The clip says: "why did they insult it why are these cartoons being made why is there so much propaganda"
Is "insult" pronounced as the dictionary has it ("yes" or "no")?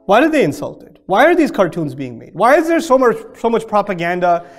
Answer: yes